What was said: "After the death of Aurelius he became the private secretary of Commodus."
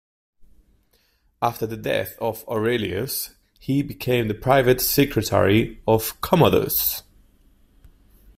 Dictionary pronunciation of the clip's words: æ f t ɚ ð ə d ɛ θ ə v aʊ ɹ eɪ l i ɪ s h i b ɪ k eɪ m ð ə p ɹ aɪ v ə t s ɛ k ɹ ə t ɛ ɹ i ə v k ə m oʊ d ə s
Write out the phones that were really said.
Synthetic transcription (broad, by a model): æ f t ɚ ð ə d ɛ θ ə v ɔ ɹ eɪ l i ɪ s h i b ɪ k eɪ m ð ə p ɹ aɪ v ə t s ɛ k ɹ ə t ɛ ɹ i ə v k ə m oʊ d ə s